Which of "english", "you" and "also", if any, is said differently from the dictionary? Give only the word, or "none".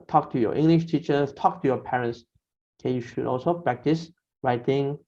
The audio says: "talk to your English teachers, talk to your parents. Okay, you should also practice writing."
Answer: none